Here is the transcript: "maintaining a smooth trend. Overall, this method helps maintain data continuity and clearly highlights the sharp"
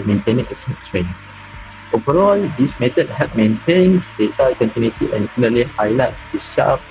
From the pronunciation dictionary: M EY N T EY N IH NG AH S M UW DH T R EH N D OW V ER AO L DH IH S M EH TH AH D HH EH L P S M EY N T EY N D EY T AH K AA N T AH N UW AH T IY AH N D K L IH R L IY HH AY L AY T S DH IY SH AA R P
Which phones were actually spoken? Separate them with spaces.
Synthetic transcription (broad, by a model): M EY N T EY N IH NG AH S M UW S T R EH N OW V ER AO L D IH S M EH T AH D HH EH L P M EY N T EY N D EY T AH K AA N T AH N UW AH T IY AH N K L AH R L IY HH AY L AY T S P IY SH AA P